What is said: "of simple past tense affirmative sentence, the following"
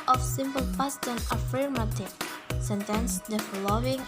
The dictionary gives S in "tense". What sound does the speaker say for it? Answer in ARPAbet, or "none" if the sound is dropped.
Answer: none